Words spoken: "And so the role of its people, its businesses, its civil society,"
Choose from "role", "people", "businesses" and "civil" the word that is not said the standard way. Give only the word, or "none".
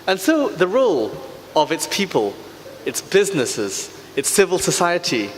none